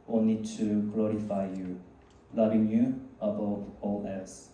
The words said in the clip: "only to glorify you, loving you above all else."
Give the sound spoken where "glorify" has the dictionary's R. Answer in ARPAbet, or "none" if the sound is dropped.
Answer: R